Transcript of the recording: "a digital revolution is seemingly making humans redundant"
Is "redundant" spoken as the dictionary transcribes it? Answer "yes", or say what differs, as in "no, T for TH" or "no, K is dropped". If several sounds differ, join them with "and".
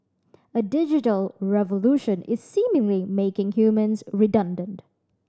yes